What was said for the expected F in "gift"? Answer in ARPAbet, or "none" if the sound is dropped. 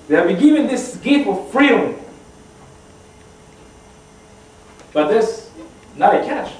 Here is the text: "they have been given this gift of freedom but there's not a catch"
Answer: none